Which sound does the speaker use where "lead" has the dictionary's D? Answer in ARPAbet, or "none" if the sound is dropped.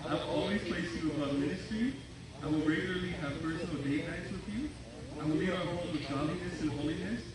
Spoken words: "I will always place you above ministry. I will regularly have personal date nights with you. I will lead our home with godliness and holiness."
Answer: none